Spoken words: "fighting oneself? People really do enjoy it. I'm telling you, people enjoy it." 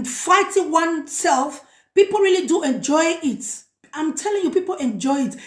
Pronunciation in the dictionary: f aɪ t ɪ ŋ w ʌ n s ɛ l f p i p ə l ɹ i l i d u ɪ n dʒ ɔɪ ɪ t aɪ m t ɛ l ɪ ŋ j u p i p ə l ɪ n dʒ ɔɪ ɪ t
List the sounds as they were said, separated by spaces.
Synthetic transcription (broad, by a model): f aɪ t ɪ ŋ w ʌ n s ɛ l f p i p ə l ɹ i l i d u ɪ n dʒ ɔɪ ɪ t aɪ m t ɛ l ɪ ŋ j u p i p ə l ɪ n dʒ ɔɪ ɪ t